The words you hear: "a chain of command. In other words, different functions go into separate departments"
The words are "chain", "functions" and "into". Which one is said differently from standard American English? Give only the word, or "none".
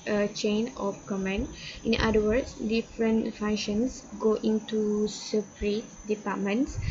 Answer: functions